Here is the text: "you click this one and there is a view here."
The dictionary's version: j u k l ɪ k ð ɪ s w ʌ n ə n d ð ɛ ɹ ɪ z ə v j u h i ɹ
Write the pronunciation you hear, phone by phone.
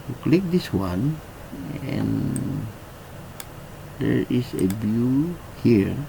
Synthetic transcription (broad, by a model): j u k l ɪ k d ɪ s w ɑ n ə n d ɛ ɹ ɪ s ə b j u h i ɹ